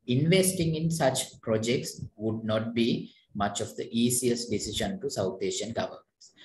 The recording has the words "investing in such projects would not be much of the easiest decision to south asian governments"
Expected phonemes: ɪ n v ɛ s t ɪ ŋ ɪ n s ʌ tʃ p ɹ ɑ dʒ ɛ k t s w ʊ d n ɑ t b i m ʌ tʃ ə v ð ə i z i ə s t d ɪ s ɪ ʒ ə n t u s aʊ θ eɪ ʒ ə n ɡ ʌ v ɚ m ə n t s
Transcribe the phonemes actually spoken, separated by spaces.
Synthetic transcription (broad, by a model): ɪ n v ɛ s t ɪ ŋ ɪ n s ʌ tʃ p ɹ ɑ dʒ ɛ k t s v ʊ d n ɑ t b i m ʌ tʃ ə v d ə i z i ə s t d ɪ s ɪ ʃ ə n t u s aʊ t eɪ ʃ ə n ɡ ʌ v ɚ m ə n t s